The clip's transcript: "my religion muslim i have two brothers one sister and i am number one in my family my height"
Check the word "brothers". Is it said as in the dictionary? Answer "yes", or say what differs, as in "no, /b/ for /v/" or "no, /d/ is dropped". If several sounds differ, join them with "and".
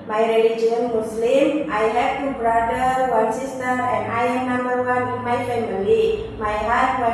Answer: no, /z/ is dropped